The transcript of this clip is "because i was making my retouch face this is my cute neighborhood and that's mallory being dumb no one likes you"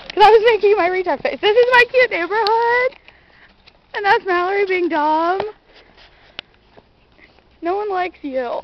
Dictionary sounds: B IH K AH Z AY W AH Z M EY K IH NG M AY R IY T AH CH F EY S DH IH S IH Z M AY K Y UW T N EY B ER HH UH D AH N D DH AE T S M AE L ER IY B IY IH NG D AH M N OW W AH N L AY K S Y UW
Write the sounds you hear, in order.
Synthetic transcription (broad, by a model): K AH Z AY W AH Z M EY K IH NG M AY R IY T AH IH F EY S DH IH S IH Z M AY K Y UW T N EY B ER HH UH D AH N DH AE T S M AE L ER IY B IY IH NG D AH M N OW W AH N L AY K S Y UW